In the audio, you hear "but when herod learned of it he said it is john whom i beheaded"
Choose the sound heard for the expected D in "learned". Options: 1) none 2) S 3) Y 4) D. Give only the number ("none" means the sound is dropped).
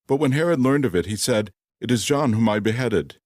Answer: 4